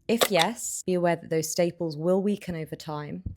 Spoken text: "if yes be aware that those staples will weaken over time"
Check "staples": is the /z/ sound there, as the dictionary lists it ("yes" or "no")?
yes